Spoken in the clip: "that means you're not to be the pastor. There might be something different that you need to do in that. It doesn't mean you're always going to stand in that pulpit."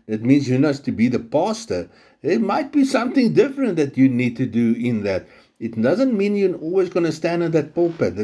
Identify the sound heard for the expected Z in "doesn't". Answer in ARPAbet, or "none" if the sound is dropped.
Z